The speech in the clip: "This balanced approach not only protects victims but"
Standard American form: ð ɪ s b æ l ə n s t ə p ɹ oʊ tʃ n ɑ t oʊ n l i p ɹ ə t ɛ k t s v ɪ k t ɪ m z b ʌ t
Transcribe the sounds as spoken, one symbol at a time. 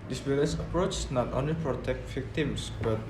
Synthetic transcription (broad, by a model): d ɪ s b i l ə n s ə p ɹ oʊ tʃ n ɑ t oʊ n l i p ɹ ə t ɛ k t v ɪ k t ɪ m s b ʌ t